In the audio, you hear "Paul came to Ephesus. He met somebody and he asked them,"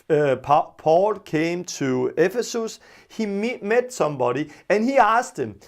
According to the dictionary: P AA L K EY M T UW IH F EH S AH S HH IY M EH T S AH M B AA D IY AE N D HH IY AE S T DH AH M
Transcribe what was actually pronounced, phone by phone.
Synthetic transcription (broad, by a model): P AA L K EY M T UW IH F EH S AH S HH IY M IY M S AH M B AA D IY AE N HH IY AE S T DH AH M